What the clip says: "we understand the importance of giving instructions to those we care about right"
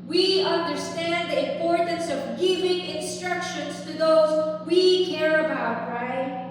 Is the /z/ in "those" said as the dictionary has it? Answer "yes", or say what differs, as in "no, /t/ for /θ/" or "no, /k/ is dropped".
yes